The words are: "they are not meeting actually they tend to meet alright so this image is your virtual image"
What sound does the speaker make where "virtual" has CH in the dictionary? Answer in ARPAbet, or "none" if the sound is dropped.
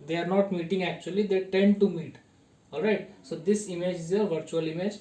CH